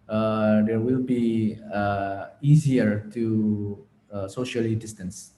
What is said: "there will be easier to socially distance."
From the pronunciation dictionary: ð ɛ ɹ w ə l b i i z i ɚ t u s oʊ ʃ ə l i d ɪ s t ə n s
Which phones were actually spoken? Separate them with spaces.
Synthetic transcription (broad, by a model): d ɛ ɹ w ə l b i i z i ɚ t u s oʊ ʃ ə l i d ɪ s t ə n s